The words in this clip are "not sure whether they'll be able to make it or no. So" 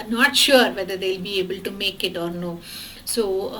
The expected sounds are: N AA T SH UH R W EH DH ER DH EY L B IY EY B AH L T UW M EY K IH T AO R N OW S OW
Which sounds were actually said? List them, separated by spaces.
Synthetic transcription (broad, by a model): N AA T SH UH R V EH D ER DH EY L B IY EY B AH L T UW M EY K IH T AO R N OW S OW